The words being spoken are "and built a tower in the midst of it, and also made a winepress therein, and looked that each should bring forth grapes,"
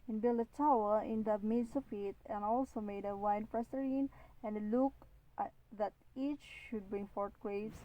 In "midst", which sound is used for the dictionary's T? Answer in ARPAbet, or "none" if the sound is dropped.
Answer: none